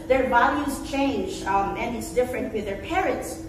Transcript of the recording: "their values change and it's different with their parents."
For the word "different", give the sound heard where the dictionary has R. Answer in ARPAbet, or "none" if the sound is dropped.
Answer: R